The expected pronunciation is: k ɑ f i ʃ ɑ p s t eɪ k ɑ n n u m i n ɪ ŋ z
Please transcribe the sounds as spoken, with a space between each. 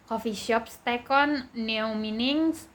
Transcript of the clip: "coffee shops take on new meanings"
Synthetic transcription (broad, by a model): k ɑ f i ʃ ɑ p s t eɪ k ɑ n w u m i n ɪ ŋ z